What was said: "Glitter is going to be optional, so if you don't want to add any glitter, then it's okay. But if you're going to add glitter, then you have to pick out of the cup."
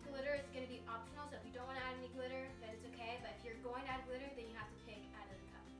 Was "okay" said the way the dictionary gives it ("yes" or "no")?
yes